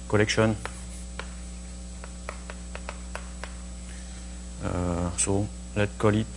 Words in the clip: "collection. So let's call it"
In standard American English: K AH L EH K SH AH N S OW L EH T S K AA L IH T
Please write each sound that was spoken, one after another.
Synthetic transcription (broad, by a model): K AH L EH K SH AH N S OW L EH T K AA L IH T